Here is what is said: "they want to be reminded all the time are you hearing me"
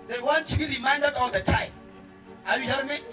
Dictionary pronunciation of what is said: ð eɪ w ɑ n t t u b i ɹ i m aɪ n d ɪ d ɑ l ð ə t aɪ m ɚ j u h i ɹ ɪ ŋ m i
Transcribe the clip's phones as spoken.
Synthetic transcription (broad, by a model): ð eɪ w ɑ n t t u b i ɹ i m aɪ n d ɪ d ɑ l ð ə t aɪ ɑ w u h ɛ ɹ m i